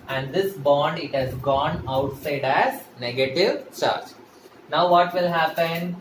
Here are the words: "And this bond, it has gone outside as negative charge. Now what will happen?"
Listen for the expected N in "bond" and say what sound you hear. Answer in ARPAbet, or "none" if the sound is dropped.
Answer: N